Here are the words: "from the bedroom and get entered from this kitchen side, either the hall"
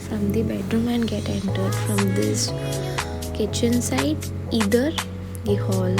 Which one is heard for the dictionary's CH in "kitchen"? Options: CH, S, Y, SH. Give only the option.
CH